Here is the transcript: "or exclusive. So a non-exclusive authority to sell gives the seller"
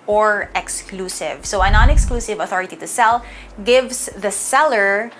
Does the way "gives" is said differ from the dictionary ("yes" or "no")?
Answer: yes